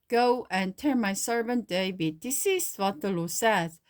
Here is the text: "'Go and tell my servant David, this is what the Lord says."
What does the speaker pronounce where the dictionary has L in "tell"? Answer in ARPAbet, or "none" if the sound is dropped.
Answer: N